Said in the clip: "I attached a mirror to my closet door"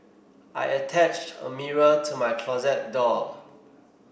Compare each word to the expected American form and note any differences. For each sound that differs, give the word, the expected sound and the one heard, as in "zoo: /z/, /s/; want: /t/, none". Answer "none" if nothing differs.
none